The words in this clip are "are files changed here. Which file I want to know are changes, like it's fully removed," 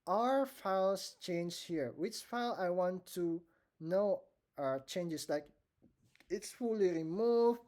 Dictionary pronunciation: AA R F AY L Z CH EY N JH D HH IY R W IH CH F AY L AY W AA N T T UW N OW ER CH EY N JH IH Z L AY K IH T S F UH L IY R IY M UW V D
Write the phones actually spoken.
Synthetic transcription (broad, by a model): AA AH F AY L S CH EY N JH HH IY R W IH CH F AY L AY W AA N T T UW N OW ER CH EY N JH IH S L AY K IH T S F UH L IY R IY M UW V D